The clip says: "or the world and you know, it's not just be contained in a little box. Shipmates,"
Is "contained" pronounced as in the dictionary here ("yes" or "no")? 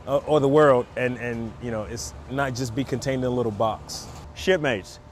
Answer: yes